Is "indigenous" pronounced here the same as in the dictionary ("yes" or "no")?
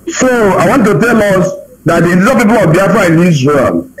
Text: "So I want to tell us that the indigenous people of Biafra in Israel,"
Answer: no